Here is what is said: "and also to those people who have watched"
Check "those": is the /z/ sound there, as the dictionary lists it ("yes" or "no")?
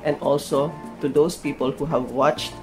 no